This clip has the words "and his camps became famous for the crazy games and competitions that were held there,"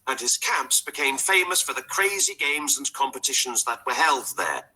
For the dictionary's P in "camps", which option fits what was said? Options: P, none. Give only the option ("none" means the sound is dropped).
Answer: P